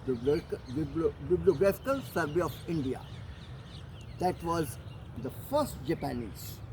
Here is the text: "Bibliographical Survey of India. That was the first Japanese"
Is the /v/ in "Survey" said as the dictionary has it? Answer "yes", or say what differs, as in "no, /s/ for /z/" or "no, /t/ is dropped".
no, /b/ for /v/